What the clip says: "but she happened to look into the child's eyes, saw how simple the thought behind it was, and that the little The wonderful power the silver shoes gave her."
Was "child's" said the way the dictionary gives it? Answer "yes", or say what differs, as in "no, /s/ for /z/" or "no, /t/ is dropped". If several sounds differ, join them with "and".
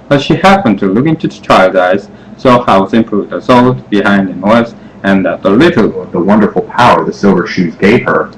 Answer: no, /z/ is dropped